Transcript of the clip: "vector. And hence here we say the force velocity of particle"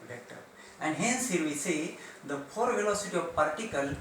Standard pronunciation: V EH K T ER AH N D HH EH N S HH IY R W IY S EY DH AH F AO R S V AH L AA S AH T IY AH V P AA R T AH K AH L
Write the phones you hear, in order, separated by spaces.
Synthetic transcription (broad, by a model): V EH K T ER AH N D HH EH N S HH IY R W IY S EY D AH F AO R V AH L AA S AH T IY AH V P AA R T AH K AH L